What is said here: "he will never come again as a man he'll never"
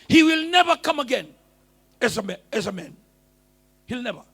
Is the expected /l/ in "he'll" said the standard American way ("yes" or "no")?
yes